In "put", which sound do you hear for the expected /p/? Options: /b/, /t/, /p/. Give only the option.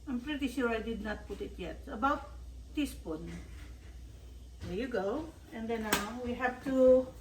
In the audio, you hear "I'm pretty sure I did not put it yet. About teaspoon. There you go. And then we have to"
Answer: /p/